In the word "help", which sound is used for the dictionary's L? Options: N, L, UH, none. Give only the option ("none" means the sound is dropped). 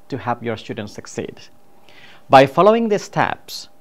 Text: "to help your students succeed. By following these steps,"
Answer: none